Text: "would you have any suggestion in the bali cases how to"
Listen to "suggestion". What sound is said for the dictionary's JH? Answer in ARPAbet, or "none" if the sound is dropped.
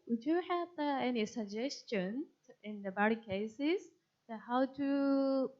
JH